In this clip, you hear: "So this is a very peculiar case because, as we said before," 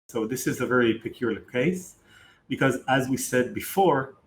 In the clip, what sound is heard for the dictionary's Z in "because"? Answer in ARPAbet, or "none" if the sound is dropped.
Z